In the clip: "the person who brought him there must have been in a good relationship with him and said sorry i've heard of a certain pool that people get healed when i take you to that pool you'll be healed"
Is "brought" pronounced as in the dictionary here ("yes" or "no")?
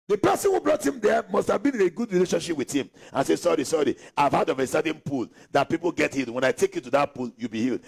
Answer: yes